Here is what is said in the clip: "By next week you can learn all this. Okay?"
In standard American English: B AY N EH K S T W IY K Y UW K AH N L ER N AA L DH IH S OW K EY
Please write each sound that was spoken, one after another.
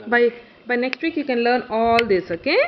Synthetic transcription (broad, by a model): B AY N EH K S T W IY K Y UW K AH N L ER N AA L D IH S OW K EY